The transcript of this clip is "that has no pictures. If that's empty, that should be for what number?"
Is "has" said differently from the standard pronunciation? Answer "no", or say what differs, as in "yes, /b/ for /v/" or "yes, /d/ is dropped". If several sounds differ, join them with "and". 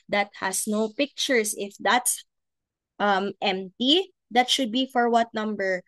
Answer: yes, /s/ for /z/